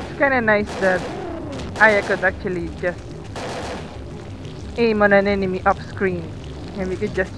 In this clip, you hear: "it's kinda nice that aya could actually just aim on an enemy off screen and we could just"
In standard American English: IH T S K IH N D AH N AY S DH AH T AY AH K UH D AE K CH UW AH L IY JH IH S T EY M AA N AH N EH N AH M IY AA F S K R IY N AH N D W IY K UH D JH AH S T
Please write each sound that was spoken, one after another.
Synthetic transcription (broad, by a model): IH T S K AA N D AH N AY S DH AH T AY AH K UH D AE K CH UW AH L IY JH IH S T EY M AA N AH N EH N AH M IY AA P S K R IY N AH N W IY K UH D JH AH S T